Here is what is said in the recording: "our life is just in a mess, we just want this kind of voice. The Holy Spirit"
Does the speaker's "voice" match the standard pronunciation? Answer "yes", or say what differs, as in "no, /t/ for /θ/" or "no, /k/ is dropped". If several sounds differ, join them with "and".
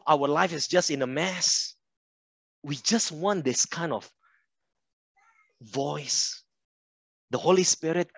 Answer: yes